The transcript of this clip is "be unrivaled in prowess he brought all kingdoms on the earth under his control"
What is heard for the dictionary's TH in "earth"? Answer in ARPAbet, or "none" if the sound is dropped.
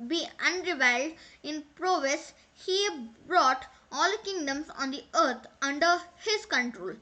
T